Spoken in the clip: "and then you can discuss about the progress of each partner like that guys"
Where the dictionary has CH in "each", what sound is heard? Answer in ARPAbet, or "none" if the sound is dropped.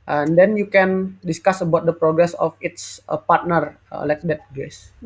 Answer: S